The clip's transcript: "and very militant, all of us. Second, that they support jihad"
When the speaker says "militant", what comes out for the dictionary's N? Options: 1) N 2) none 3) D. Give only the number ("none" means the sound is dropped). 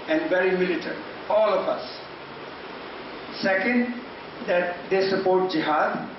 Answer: 2